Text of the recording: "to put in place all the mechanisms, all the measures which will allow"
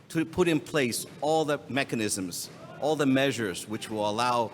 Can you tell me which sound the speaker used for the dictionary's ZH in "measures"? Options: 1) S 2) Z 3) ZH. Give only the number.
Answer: 3